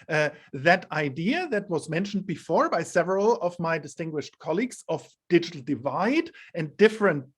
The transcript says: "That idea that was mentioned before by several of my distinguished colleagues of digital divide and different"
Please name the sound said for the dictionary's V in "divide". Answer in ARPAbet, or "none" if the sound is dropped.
V